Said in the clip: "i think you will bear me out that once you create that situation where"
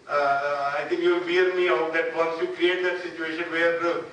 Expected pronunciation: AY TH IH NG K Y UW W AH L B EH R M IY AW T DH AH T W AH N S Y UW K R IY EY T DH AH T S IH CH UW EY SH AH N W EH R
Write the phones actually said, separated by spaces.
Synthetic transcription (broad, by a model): AY T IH NG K Y UW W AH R M IY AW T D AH T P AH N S Y UW K R IY EY T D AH T S IH CH UW EY SH AH N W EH R